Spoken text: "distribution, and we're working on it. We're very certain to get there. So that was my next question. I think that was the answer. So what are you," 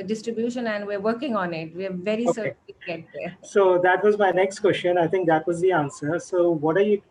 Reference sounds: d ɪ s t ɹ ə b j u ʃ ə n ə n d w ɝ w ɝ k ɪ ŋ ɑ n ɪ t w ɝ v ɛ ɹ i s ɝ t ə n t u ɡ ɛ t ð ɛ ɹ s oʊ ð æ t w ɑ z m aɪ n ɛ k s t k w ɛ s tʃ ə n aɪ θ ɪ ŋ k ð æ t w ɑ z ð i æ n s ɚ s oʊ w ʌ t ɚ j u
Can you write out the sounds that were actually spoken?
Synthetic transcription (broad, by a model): d ɪ s t ɹ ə b j u ʃ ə n ə n d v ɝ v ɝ k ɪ ŋ ɑ n ɪ t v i v ɛ ɹ i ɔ s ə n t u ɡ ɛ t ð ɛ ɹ s oʊ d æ t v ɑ z m aɪ n ɛ k s t k w ɛ s tʃ ə n aɪ t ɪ ŋ k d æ t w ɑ z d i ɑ n s ɚ s oʊ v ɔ t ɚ j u